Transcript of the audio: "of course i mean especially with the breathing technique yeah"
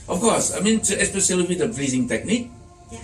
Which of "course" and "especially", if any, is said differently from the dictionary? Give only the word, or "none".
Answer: especially